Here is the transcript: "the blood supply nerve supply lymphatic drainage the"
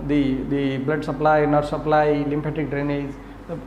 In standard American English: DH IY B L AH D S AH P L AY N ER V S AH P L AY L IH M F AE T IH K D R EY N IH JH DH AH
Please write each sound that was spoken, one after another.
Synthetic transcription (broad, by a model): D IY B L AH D S AH P L AY N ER S AH P L AY L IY M P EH T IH K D R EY N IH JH